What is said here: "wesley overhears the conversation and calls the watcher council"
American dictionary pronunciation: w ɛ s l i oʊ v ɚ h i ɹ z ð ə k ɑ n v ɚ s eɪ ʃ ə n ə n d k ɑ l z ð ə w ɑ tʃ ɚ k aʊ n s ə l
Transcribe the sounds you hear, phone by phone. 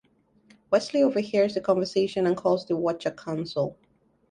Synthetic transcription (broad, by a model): w ɛ s l i oʊ v ɚ h i ɹ z ð ə k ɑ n v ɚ s eɪ ʃ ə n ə n k ɑ l z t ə w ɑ tʃ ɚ k aʊ n s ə l